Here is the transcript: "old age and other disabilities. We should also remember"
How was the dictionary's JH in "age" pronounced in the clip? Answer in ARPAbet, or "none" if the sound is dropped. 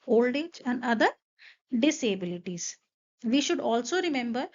JH